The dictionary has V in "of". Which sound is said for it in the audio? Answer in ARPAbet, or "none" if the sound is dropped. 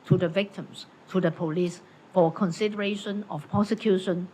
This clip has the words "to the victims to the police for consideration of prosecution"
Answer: F